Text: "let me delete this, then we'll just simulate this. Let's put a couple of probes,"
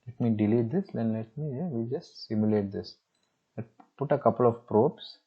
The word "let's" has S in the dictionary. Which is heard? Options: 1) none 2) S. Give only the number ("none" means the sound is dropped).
1